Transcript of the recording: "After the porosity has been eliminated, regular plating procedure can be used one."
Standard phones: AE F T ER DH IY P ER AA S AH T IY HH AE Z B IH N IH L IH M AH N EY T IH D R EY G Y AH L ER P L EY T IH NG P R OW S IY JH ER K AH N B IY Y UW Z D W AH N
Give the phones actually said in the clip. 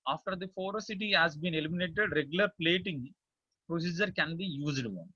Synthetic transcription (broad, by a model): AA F T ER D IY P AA S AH T IY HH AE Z B IH N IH L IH M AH N EY T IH D R EY G Y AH L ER P L EY T IH NG P R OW S IY JH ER K AH N B IY Y UW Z D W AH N